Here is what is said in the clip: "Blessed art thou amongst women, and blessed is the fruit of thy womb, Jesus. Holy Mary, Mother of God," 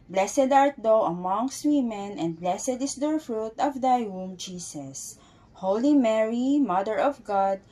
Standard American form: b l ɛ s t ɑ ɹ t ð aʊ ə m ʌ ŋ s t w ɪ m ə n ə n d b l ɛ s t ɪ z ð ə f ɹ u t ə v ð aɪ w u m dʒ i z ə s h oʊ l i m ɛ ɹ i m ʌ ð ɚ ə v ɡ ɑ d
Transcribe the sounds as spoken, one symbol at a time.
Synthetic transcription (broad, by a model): b l ɛ s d ɑ ɹ t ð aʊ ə m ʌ ŋ s t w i m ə n ə n d b l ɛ s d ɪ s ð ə f ɹ u t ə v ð aɪ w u m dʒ i s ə s h oʊ l i m ɛ ɹ i m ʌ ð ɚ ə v ɡ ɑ d